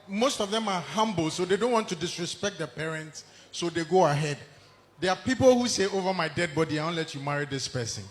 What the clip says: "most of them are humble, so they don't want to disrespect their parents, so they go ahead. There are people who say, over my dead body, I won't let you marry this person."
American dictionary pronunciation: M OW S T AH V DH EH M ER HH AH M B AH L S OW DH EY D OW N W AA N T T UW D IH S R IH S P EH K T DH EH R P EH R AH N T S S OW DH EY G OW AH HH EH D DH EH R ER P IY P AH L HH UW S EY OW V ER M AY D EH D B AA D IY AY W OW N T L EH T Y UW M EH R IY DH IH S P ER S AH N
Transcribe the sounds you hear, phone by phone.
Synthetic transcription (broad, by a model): M OW S T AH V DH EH M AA HH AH M B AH L S OW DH EY D OW N W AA N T T UW D IH S R IH S P EH K T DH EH P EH R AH N T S S OW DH EY G OW AH HH EH D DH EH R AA P IY P AH L HH UW S EY OW V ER M AY D EH D B AA D IY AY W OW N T L EH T Y UW M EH R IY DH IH S P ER S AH N